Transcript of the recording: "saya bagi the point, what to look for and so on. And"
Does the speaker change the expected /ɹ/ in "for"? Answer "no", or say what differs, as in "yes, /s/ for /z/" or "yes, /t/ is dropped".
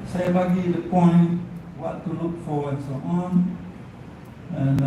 yes, /w/ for /ɹ/